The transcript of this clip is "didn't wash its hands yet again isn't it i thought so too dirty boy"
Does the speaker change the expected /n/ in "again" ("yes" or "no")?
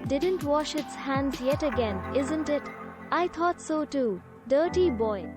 no